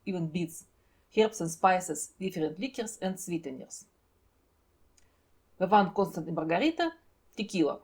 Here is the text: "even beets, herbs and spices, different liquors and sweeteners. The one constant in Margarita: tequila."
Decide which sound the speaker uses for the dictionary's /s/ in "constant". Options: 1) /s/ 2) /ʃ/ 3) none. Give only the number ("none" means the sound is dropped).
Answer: 1